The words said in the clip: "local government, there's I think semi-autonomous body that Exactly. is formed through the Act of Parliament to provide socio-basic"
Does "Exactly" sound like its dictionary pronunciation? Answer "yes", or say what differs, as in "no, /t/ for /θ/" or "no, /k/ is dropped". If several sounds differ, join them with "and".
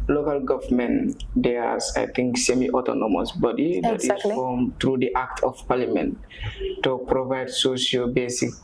no, /l/ is dropped